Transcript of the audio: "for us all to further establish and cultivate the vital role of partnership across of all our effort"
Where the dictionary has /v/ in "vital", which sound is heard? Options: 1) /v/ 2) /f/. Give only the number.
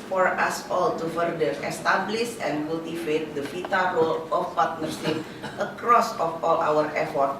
2